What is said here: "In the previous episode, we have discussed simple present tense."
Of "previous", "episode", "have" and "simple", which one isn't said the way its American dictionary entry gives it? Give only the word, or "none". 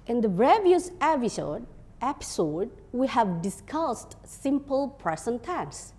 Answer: previous